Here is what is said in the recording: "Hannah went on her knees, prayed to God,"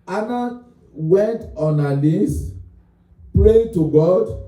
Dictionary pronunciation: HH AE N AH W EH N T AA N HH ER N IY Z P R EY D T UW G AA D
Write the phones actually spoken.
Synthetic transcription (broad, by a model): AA N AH W EH N T AA N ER L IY S P R EY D T UW G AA D